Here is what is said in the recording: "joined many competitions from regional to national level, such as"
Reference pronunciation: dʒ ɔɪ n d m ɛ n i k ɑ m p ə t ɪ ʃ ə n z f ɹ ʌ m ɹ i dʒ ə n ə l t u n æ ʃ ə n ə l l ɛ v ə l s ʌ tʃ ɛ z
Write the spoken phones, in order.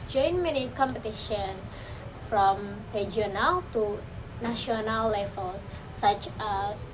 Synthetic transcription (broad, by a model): dʒ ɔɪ n m ɛ n i k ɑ m p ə t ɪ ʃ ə n f ɹ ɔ m ɹ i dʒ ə n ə l t u n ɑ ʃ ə n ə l l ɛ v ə l s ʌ tʃ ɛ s